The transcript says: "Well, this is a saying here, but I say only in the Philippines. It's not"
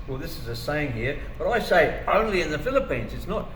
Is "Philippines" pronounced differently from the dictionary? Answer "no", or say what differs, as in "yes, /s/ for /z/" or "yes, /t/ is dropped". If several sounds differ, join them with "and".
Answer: no